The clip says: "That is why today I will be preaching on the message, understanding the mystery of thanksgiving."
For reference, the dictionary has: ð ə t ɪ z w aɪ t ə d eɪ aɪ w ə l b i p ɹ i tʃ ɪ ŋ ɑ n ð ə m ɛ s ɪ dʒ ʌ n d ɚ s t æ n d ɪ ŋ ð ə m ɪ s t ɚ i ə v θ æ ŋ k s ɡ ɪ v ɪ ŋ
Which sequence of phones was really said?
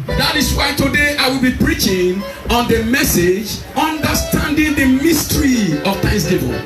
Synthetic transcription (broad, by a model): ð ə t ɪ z w aɪ t ə d eɪ aɪ w ə l b i p ɹ i tʃ ɪ ŋ ɑ n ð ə m ɛ s ɪ dʒ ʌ n d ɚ s t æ n d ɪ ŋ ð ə m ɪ s t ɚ i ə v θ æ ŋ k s ɡ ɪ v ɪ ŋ